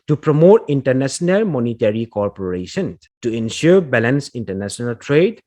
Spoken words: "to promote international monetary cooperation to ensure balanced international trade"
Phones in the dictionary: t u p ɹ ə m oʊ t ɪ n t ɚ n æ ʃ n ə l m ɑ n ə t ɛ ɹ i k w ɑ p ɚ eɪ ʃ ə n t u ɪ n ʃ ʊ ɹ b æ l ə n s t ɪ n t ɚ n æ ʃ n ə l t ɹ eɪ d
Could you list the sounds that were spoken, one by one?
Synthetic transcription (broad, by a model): t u p ɹ ə m oʊ t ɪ n t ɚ n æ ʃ n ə l m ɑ n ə t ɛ ɹ i k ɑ p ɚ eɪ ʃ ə n t u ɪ n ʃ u ɹ b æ l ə n s ɪ n t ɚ n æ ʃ n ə l t ɹ eɪ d